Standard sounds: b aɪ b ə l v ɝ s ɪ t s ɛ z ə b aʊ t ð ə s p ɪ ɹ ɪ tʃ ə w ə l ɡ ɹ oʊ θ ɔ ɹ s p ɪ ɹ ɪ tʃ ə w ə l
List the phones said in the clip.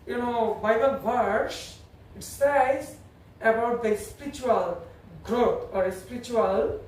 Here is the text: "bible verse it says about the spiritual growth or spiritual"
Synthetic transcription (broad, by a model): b aɪ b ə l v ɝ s ɪ t s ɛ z ə b aʊ t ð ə s p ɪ ɹ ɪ tʃ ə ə l ɡ ɹ oʊ t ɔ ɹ s p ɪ ɹ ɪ tʃ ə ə l